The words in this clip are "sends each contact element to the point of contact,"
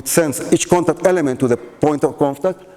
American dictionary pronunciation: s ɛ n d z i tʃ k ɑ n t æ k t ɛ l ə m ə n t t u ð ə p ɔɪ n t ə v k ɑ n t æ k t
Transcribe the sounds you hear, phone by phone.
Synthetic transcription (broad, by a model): s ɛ n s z i tʃ k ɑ n t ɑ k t ɛ l ə m ə n t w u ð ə p ɔɪ n t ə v k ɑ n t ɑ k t